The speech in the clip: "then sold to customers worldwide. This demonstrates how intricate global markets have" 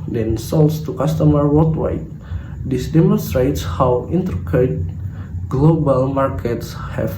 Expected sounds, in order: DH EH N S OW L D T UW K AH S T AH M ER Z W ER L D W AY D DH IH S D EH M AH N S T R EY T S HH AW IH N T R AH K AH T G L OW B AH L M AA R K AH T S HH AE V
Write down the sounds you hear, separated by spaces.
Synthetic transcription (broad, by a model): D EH N S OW L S T UW K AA S T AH M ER W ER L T W AY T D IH S D EH M AH N S T R EY T S HH AW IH N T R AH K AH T G L OW B AH L M AA R K AH T S HH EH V